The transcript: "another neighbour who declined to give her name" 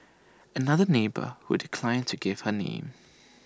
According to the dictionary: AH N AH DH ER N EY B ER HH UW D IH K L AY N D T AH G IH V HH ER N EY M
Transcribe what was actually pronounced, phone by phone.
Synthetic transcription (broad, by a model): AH N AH DH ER N EY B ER HH UW D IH K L AY N T AH G IH V HH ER N EY M